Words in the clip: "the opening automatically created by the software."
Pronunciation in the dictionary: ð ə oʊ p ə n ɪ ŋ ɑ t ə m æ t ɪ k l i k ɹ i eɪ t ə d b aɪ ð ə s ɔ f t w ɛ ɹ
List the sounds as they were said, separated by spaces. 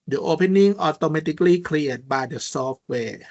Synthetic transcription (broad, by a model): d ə oʊ p ə n ɪ ŋ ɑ t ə m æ t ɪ k l i k l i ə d b aɪ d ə s ɔ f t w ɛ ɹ